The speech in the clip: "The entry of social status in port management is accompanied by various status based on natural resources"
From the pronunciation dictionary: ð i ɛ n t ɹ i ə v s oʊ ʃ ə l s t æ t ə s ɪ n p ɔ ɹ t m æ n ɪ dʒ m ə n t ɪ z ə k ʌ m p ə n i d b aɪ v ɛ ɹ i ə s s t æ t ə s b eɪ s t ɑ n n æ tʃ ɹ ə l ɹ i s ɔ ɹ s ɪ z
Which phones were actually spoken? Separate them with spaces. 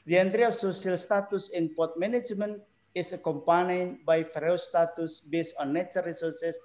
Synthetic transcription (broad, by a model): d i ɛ n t ɹ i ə f s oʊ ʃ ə l s t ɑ t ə s ɪ n p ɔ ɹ t m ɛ n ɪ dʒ m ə n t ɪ s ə k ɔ m p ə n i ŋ b aɪ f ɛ ɹ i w s t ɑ t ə s b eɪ s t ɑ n n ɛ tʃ ə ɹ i s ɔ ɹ s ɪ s